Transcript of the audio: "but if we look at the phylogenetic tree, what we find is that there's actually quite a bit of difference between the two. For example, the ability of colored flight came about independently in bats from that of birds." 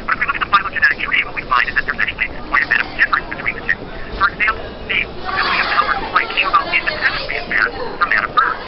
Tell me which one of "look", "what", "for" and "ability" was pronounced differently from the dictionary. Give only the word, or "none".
ability